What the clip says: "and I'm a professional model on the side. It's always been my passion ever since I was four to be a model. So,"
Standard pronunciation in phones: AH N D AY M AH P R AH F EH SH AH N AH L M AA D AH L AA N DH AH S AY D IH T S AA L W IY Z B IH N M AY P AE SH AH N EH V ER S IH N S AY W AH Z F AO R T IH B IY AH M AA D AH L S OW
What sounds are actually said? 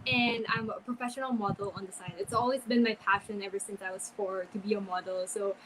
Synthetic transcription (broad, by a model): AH N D AY M AH P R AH F EH SH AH N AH L M AA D L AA N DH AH S AY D IH T S AA L W IY Z B IH N M AY P AE SH AH N EH V ER S IH N S AY W AH Z F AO R T IH B IY AH M AA D L S OW